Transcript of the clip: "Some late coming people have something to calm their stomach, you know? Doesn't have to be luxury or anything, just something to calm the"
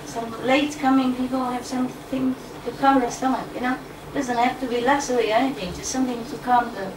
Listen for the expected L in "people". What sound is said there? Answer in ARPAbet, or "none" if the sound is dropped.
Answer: N